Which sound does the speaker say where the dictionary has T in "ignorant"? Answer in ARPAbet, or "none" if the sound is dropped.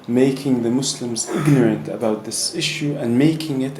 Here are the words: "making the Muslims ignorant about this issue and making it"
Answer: T